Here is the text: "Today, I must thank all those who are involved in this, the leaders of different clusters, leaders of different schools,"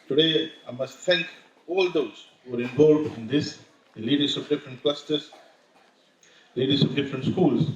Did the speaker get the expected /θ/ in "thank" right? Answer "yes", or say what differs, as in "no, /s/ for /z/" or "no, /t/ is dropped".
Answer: no, /t/ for /θ/